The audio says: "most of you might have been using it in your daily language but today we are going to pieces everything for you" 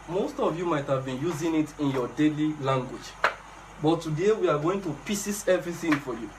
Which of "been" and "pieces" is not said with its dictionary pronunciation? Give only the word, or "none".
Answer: pieces